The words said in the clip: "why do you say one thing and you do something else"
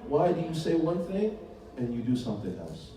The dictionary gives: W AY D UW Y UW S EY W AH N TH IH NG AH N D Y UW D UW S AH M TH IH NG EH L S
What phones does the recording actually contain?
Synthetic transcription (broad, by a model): W AY D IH Y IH S EY W AH N TH IH NG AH N Y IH D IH S AH M TH IH NG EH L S